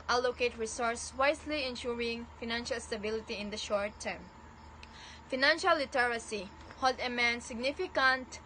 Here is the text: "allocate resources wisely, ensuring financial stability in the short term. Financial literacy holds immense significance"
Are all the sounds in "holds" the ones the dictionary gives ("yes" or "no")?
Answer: no